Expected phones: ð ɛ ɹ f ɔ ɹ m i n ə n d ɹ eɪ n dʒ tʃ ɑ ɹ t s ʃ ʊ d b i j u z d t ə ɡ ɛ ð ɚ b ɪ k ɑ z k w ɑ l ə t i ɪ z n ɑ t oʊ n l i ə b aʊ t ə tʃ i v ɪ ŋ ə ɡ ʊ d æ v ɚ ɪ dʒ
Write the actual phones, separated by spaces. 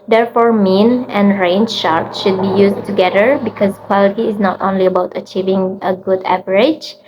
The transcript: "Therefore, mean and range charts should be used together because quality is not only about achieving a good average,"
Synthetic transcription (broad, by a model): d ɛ ɹ f ɔ ɹ m i n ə n ɹ eɪ n dʒ ʃ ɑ ɹ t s ʃ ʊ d b i j u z t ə ɡ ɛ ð ɚ b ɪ k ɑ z k w ɑ l ə t i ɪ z n ɑ t oʊ n l i ə b aʊ t ə tʃ i v ɪ ŋ ə ɡ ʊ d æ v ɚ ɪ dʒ